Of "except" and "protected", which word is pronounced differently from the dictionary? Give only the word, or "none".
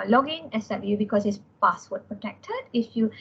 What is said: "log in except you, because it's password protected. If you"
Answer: except